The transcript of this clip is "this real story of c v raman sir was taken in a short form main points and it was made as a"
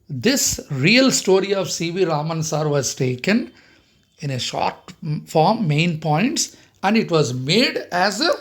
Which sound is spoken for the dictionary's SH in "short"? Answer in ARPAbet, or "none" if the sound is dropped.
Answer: SH